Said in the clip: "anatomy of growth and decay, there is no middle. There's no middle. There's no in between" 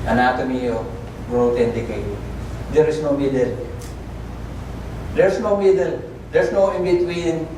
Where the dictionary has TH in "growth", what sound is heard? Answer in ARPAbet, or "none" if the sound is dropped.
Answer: T